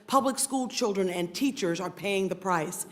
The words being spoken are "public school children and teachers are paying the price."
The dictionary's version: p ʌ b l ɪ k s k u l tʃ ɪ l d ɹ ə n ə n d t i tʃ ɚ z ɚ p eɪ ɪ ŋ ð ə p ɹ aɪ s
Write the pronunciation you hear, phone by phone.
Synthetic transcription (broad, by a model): p ʌ b l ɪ k s k u l tʃ ɪ l d ɹ ə n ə n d t i tʃ ɚ z ɚ p eɪ ɪ ŋ ð ə p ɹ aɪ s